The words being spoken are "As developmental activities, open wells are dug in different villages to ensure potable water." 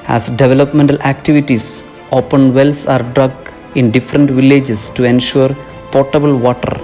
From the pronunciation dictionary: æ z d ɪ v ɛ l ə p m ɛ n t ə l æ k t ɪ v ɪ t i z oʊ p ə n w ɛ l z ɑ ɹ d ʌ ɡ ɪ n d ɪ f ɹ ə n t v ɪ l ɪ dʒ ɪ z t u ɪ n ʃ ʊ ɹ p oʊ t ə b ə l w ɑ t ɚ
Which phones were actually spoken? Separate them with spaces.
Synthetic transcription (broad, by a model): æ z d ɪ v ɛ l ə p m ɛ n t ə l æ k t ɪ v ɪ t i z oʊ p ə n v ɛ l s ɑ ɹ d ʌ ɡ ɪ n d ɪ f ɹ ə n t v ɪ l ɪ dʒ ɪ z t u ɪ n ʃ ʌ ɹ p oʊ t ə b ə l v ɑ t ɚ